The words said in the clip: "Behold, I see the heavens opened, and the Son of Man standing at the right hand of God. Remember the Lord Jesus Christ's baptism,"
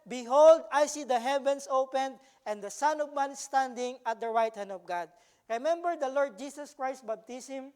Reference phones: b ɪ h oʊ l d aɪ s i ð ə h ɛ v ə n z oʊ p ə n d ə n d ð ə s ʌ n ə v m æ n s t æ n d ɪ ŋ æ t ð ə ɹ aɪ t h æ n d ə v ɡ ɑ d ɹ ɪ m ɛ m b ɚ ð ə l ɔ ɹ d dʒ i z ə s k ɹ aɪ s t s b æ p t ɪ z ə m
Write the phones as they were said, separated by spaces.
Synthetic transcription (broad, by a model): b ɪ h oʊ l d aɪ s i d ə h ɛ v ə n s oʊ p ə n d ə n d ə s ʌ n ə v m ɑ n s t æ n d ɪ ŋ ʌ t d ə ɹ aɪ t h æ n d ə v ɡ ɑ d ɹ ɪ m ɛ m b ɚ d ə l ɔ ɹ d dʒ i s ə s k ɹ aɪ s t b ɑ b t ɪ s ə m